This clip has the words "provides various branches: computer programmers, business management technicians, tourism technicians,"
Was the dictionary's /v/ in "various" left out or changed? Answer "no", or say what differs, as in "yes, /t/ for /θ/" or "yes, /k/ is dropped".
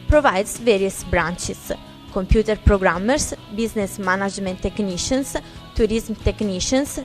no